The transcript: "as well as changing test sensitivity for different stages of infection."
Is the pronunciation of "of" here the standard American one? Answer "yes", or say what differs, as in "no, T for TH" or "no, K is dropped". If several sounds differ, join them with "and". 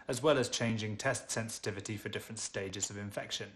yes